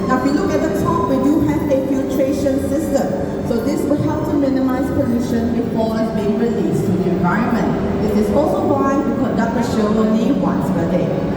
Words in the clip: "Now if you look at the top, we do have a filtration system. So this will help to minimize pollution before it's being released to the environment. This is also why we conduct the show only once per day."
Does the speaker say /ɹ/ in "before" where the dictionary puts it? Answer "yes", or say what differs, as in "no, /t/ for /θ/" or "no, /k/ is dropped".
no, /l/ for /ɹ/